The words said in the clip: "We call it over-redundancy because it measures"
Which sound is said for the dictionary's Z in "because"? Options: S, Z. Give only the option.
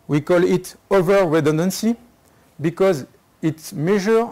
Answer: Z